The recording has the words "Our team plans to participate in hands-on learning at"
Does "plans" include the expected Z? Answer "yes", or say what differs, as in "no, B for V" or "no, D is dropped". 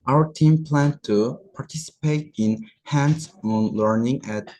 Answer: no, Z is dropped